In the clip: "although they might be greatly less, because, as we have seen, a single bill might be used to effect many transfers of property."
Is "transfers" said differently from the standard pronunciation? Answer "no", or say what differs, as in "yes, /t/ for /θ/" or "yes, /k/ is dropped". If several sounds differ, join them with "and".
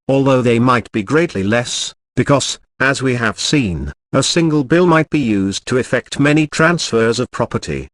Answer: no